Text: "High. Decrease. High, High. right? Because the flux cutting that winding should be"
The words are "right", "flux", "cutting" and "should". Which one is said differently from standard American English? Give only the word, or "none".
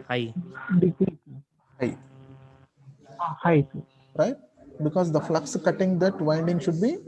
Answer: none